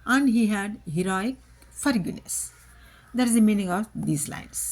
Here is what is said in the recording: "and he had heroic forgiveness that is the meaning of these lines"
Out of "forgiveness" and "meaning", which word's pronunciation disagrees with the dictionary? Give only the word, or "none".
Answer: forgiveness